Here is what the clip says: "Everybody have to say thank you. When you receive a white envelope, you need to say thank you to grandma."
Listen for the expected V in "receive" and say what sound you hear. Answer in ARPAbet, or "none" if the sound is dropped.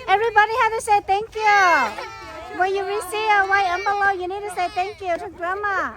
none